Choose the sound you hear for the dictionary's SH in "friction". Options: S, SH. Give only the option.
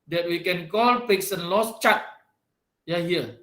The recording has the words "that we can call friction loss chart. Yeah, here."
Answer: S